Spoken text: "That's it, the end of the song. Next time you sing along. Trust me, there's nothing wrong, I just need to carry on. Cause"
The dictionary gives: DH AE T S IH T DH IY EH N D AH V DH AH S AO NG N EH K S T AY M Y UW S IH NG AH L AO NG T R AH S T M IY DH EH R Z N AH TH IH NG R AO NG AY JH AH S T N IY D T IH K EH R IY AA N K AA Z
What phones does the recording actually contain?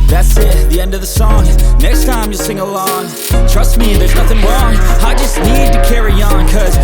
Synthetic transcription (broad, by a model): DH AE T S IH T DH IY EH N D AH V DH AH S AO NG N EH K S T AY M Y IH S IH NG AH L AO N T R AH S T M IY DH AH R Z N AH TH IH NG R AO NG AY JH AH S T N IY D T IH K EH R IY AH N K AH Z